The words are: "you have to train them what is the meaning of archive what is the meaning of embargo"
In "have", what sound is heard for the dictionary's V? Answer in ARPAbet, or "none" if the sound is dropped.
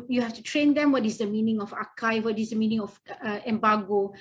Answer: F